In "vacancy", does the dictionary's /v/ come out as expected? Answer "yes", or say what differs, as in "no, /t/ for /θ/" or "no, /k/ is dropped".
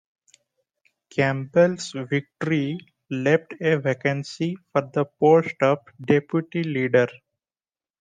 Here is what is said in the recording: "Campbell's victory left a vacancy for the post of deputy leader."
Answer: yes